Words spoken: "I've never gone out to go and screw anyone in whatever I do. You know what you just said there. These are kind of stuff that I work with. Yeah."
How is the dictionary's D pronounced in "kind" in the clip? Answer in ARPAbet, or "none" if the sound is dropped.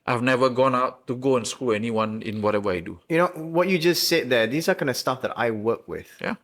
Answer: none